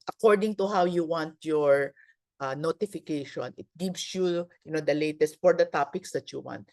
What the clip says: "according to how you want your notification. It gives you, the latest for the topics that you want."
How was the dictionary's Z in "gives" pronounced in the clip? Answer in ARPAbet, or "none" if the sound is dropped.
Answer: S